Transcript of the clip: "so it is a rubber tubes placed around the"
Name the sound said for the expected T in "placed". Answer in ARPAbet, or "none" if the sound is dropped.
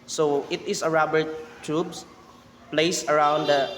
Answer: none